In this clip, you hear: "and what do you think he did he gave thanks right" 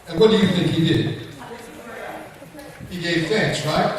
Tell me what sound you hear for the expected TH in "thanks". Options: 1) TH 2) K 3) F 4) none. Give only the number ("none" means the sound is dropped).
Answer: 3